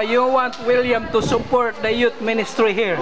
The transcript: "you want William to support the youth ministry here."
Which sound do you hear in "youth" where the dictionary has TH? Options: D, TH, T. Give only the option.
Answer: T